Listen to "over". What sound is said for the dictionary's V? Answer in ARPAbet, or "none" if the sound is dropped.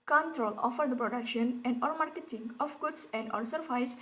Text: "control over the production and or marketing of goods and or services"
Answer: F